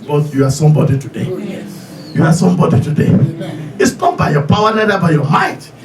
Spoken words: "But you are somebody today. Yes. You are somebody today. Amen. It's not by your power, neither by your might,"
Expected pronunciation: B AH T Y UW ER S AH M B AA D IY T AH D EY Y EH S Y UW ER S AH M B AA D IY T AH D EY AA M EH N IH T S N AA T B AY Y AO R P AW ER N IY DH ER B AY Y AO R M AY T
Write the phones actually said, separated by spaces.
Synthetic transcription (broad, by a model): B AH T Y UW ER S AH M B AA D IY T AH D EY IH Y UW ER S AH M B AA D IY T AH D EY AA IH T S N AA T B AY Y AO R P AW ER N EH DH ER B AY Y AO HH AY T